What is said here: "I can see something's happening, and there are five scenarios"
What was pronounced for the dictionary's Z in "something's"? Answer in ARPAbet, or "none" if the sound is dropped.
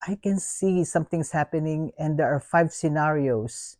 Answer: S